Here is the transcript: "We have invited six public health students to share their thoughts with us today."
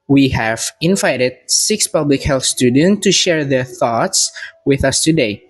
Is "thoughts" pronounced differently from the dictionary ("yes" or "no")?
no